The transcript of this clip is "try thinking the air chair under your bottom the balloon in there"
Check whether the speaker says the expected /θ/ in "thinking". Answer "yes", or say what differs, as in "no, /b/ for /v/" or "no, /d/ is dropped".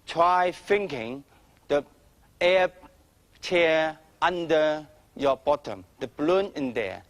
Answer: no, /f/ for /θ/